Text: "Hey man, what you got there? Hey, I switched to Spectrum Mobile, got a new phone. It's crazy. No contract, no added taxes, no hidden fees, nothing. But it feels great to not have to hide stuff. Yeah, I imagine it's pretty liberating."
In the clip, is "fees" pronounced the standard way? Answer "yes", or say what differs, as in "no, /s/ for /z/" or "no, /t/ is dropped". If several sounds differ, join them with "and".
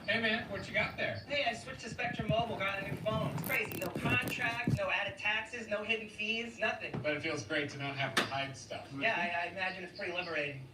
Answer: yes